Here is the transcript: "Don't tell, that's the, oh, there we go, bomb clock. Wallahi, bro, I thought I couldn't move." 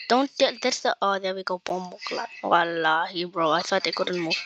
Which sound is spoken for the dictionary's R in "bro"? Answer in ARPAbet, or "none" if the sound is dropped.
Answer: R